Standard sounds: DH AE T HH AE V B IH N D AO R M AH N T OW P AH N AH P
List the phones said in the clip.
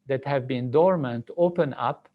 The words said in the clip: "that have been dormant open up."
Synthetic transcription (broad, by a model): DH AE T HH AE V B IH N D AO R M AH N T OW P AH N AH P